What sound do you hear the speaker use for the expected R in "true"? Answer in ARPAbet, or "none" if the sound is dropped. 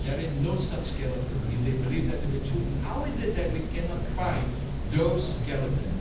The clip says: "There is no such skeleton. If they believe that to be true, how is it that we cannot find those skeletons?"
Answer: none